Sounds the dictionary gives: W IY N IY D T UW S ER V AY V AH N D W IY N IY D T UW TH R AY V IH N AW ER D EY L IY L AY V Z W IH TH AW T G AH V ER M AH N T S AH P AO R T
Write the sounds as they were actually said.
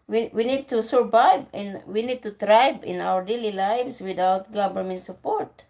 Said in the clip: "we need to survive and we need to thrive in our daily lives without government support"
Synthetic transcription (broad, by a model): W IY N IY D T UW S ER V AY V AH N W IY N IY D T UW T R AY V IH N AW ER D EY L IY L AY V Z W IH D AW T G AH B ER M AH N S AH P AO R T